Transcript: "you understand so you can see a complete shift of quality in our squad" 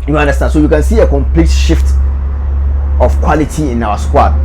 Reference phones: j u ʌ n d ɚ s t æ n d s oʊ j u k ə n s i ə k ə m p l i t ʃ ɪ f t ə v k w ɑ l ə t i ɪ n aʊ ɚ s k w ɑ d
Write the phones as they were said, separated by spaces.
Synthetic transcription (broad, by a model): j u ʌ n d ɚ s t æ n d s oʊ j u k ə n s i ə k ə m p l i t ʃ ɪ f t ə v k w ɑ l ə t i ɪ n aʊ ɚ s k w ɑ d